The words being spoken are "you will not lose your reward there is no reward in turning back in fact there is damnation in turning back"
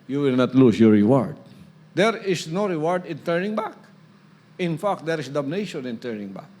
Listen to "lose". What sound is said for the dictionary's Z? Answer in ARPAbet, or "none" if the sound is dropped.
S